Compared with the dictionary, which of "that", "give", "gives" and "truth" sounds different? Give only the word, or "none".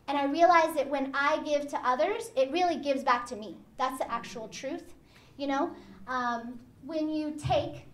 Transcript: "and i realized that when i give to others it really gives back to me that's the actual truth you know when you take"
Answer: none